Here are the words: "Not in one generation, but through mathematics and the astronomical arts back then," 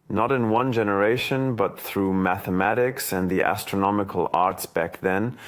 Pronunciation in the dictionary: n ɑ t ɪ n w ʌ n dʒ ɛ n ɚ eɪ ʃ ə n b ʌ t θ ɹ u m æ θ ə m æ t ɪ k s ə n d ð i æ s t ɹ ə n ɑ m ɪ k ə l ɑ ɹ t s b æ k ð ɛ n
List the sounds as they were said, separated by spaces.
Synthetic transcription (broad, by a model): n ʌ t ɪ n w ʌ n dʒ ɛ n ɚ eɪ ʃ ə n b ʌ t θ ɹ u m æ θ ə m æ t ɪ k s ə n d ð i æ s t ɹ ə n ɑ m ɪ k ə l ɑ ɹ t s b æ k ð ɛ n